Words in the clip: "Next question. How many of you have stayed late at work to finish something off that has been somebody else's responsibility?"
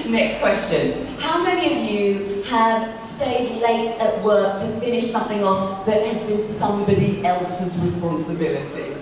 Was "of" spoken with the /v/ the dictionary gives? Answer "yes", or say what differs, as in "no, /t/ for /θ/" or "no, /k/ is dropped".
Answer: yes